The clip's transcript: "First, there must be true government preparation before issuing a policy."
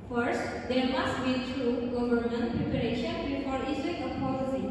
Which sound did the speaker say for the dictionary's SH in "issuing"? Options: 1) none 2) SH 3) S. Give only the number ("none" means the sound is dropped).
3